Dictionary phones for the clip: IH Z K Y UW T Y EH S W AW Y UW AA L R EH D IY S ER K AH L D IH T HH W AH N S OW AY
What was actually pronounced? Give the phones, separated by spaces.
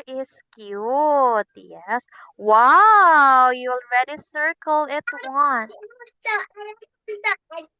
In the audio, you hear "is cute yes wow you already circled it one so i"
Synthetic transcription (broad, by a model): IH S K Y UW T Y EH S W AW Y UW L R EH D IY S ER K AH L IH T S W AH N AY